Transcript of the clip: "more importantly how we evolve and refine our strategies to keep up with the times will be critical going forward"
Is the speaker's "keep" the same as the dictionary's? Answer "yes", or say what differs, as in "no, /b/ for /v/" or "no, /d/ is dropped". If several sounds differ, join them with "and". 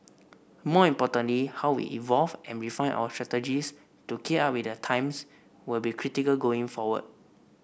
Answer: no, /p/ is dropped